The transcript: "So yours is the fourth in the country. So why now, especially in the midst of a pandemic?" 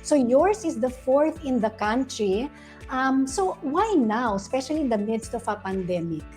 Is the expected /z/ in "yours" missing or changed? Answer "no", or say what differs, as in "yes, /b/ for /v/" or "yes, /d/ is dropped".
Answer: yes, /s/ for /z/